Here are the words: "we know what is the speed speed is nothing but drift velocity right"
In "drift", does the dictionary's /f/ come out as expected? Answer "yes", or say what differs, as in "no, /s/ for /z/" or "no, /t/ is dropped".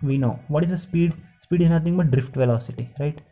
yes